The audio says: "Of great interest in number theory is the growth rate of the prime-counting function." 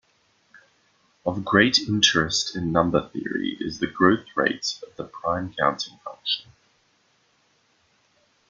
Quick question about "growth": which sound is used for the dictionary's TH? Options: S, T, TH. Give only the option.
TH